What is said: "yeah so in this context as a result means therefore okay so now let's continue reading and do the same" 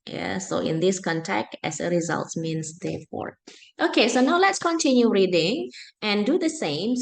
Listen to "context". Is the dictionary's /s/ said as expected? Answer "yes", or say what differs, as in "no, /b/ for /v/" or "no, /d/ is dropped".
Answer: no, /s/ is dropped